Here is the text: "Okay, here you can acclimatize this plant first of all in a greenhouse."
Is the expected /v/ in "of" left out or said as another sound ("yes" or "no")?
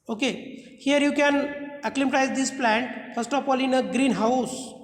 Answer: yes